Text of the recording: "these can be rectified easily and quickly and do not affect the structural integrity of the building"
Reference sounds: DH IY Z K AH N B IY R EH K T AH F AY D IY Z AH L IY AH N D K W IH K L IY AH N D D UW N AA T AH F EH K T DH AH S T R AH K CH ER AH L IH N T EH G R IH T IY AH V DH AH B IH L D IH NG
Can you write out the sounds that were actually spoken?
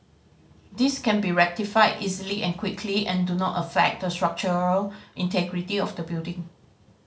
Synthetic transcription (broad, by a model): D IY S K AH N B IY R EH K T AH F AY D IY Z AH L IY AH N K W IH K L IY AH N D D UW N AA T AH F EH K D AH S T R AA K CH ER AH L IH N T EH G R IH T IY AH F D AH B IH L D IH NG